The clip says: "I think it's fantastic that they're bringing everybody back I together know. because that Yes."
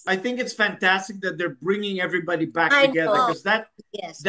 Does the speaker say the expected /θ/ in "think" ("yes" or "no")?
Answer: yes